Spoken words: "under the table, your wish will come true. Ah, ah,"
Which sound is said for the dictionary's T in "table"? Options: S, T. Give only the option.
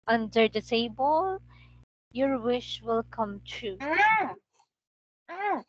S